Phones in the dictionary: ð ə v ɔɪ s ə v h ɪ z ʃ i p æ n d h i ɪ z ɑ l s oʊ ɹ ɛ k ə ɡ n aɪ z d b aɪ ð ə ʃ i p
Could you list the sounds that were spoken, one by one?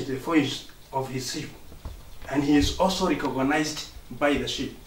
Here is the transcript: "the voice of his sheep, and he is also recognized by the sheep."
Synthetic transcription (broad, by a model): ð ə f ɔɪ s ə v h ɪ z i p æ n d h i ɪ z ɑ l s oʊ ɹ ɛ k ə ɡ n aɪ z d b aɪ ð ə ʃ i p